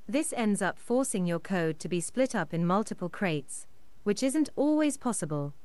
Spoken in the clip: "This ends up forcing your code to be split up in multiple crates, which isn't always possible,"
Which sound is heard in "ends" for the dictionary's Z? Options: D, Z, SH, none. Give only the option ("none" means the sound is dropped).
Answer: Z